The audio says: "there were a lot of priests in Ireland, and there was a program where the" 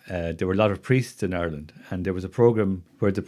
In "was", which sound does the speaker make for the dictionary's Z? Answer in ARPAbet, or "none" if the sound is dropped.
Z